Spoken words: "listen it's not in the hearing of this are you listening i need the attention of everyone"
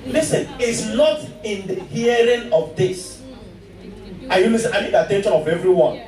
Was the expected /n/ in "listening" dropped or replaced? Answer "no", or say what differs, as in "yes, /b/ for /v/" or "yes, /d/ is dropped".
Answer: yes, /n/ is dropped